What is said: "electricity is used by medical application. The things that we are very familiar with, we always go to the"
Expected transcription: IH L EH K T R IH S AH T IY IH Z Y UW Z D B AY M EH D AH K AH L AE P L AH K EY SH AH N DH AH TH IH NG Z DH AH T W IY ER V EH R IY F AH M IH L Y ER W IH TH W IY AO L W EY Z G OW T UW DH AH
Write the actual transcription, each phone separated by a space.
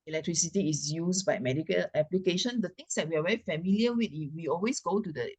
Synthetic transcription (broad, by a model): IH L EH K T R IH S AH T IY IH S Y UW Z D B AY M EH D AH K AH L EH P L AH K EY SH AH N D AH T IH NG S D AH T W IY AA V EH R IY F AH M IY L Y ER W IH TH W IY AO L W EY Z G OW T UW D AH